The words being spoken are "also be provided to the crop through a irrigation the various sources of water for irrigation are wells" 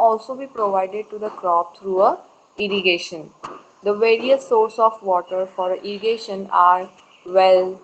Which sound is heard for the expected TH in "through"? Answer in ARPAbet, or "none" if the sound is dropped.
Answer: T